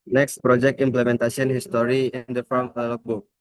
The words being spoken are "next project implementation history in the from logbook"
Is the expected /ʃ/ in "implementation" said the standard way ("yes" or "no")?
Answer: no